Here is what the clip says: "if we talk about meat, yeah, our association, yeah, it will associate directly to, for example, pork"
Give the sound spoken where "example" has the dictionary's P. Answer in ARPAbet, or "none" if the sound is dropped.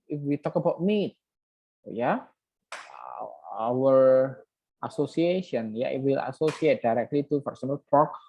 none